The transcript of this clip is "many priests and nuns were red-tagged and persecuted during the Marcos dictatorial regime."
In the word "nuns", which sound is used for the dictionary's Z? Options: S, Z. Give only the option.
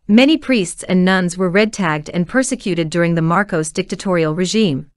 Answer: Z